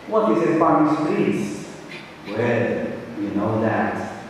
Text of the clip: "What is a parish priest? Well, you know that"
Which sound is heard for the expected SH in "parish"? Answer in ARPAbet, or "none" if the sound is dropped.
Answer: S